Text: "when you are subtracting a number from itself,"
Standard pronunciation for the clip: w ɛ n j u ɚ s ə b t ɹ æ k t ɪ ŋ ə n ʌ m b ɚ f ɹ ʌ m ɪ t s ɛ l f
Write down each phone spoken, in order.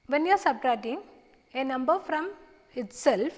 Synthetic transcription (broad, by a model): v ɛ n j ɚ s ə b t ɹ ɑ t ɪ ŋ ə n ʌ m b ɚ f ɹ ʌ m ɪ t s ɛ l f